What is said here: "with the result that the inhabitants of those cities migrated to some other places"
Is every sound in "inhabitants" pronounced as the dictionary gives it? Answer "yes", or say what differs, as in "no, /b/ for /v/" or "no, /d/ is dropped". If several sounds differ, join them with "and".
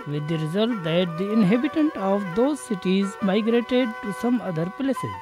no, /s/ is dropped